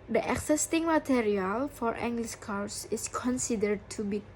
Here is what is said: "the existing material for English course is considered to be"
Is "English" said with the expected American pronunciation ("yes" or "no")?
no